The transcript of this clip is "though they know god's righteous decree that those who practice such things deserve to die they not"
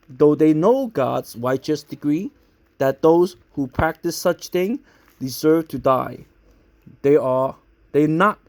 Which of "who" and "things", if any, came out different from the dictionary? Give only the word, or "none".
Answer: things